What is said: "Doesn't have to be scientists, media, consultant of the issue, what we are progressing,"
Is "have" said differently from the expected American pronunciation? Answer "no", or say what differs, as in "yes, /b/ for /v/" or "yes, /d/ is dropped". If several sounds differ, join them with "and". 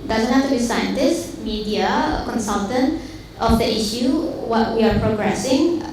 yes, /f/ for /v/